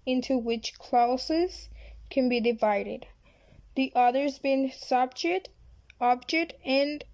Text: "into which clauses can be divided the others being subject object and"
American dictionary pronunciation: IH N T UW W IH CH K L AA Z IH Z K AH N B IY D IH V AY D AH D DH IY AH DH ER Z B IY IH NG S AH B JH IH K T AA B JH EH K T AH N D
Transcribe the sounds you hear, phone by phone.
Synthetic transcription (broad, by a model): IH N T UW W IH CH K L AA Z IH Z K AH N B IY D IH V AY D AH D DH IY AH DH ER Z B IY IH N S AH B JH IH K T AA B JH EH K T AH N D